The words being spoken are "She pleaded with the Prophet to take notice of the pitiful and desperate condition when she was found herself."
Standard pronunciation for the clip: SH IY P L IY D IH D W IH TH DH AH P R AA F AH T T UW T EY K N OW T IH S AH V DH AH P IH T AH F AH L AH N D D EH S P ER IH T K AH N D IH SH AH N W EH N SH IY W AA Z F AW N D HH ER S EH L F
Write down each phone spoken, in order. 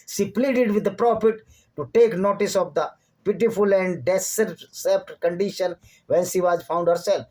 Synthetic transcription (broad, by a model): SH IY P L IY D IH D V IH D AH P R AA F AH T T UW T EY K N OW T IH S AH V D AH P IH T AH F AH L AH N D D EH S ER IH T K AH N D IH SH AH N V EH N SH IY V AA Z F AW N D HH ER S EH L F